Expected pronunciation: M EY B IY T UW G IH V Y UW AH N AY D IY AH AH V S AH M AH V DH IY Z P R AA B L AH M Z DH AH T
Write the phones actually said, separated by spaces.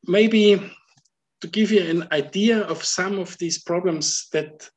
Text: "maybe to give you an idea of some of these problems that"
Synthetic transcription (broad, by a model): M EY B IY T UW G IH V Y UW AH N AY D IY AH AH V S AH M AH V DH IY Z P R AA B L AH M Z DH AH T